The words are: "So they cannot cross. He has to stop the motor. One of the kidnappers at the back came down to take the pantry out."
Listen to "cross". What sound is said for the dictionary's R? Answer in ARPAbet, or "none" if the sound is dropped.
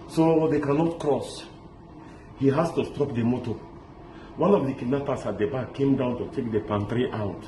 R